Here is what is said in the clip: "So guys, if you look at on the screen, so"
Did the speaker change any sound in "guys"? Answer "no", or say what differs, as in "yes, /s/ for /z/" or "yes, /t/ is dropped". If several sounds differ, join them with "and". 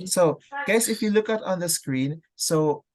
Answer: yes, /s/ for /z/